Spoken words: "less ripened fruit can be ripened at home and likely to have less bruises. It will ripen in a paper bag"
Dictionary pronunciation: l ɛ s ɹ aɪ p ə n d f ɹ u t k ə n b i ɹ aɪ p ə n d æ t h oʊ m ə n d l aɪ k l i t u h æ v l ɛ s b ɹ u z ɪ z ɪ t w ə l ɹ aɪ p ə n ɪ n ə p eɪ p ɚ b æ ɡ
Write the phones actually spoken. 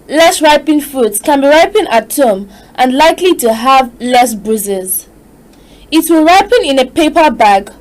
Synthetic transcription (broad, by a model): l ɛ s ɹ aɪ p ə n f u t k ə n b i ɹ aɪ p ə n ɑ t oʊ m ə n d l aɪ k l i t u h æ v l ɛ s b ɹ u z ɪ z ɪ t w ə l ɹ aɪ p ə n ɪ n ə p eɪ p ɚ b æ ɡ